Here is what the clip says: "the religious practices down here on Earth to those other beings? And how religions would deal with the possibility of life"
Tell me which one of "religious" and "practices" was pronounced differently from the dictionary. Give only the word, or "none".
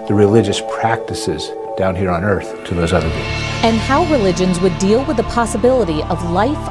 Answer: none